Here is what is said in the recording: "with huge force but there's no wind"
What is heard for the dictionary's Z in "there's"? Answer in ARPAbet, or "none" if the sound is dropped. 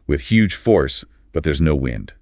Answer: Z